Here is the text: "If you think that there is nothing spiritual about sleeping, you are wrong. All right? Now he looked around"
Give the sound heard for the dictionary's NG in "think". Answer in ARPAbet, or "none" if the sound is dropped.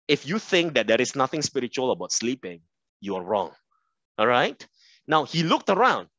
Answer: NG